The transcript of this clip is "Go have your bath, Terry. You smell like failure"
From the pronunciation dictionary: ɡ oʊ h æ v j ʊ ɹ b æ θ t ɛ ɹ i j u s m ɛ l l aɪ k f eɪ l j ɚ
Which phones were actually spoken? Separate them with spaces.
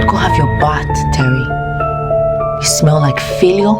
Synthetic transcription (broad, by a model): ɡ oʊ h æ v j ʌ ɹ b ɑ t t ɛ ɹ i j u s m ɛ l l aɪ k f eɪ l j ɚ